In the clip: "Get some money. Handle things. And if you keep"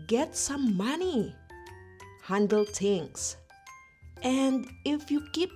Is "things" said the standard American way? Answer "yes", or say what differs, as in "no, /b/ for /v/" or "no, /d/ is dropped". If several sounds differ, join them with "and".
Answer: no, /t/ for /θ/ and /s/ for /z/